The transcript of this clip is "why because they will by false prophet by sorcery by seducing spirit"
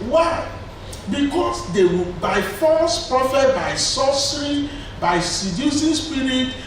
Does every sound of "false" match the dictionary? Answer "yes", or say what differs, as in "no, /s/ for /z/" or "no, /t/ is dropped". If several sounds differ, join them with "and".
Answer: no, /l/ is dropped